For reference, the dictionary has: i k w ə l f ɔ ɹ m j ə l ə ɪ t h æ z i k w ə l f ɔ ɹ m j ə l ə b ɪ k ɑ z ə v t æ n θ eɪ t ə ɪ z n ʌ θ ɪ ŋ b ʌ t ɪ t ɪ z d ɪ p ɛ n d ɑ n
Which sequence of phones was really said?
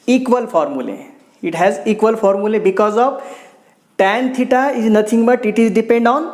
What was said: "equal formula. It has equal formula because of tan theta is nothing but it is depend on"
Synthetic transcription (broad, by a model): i k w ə l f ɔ ɹ m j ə l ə ɪ t h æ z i k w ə l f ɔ ɹ m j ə l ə b ɪ k ɑ z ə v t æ n t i t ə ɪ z n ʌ t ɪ ŋ b ʌ t ɪ t ɪ z d ɪ p ɛ n d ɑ n